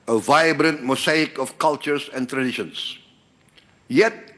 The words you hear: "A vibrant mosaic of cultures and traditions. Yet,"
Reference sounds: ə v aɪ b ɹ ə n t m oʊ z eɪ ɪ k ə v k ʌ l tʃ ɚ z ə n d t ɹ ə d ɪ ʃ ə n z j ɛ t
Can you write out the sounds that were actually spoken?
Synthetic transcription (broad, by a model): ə v aɪ b ɹ ə n t m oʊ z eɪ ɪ k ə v k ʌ l tʃ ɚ s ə n t ɹ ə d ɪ ʃ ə n s j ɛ t